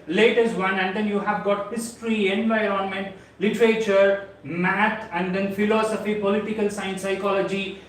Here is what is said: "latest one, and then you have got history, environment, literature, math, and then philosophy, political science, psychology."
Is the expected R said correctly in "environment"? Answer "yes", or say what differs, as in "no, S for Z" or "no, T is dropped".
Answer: yes